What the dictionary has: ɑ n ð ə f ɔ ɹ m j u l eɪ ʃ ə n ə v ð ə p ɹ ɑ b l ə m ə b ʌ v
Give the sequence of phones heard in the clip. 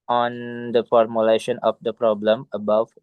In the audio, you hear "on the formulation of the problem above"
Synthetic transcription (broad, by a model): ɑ n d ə f ɔ ɹ m j u l eɪ ʃ ə n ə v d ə p ɹ ɑ b l ə m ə b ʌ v